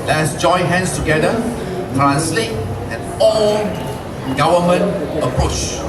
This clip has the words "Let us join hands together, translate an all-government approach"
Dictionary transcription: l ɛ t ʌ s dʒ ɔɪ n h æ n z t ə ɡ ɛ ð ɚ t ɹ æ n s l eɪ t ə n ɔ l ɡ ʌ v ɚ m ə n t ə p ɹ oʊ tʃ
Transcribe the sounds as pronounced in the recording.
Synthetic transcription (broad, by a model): l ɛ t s dʒ ɔɪ n h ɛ n s t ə ɡ ɛ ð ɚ t ɹ æ n s l eɪ t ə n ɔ n ɡ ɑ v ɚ m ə n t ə p ɹ oʊ tʃ